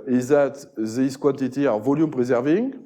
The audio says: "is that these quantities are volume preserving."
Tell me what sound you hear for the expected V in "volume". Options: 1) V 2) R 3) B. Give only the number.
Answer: 1